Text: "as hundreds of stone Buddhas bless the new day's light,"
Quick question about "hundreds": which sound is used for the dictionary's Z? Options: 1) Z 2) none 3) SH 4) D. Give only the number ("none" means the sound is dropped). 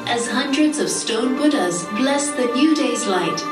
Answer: 1